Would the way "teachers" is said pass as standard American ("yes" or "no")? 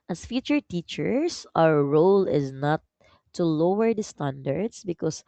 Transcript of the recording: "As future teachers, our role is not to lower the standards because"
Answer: no